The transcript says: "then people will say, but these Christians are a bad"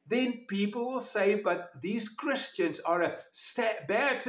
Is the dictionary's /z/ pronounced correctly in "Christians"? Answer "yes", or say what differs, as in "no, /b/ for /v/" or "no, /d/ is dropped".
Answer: yes